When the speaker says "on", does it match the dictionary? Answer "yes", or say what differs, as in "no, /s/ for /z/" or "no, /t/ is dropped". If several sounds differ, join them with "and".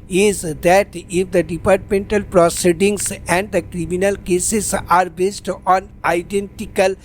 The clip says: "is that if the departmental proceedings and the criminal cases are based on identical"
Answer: yes